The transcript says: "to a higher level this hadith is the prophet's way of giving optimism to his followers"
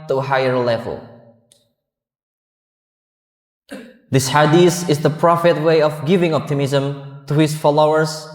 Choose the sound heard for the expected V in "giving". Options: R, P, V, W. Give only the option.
V